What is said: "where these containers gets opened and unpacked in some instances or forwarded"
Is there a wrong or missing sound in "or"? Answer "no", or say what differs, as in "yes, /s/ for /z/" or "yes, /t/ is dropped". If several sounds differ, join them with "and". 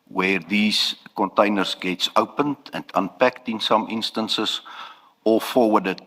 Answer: yes, /l/ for /ɹ/